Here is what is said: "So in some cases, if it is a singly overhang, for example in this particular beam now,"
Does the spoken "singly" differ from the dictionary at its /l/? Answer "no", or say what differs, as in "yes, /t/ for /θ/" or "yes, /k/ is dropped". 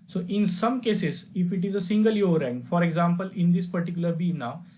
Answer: yes, /l/ is dropped